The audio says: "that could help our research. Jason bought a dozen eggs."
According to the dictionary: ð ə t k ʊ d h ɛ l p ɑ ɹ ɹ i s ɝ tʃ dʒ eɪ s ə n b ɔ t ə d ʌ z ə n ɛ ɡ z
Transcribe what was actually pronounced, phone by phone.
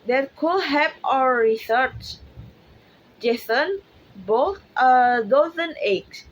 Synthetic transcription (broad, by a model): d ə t k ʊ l h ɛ p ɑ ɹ ɹ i s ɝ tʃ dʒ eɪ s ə n b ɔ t ə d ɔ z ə n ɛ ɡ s